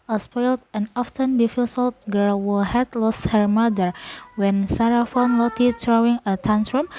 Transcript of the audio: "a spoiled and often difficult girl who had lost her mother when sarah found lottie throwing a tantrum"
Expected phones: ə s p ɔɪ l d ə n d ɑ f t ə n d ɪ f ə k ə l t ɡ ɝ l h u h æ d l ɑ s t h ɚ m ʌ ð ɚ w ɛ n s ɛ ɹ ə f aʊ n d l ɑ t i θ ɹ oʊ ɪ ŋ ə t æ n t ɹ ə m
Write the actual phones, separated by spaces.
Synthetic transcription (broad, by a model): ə s p ɔɪ l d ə n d ɑ f t ə n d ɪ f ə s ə l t ɡ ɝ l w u h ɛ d l ɑ s t h ɚ m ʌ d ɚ w ɛ n s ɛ ɹ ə f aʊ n l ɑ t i t ɹ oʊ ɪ ŋ ə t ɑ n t ɹ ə m